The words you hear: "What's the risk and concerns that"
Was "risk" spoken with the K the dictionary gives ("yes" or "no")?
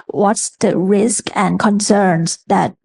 yes